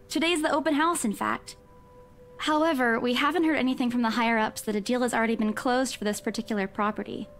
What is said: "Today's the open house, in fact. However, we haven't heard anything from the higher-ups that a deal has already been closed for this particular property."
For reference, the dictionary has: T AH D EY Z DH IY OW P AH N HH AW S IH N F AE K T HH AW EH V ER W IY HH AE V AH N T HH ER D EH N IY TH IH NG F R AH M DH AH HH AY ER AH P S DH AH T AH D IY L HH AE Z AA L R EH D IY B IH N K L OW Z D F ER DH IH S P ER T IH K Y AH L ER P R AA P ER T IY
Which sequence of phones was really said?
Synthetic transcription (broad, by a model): T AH D EY Z DH IY OW P AH N HH AW S IH N F AE K T HH AW EH V ER W IY HH AE V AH N T HH ER D EH N IY TH IH NG F R AH M DH AH HH AY ER AH P S DH AH T AH D IY L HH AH Z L R EH D IY B IH N K L OW Z D F ER DH IH S P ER T IH K Y L ER P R AA P ER T IY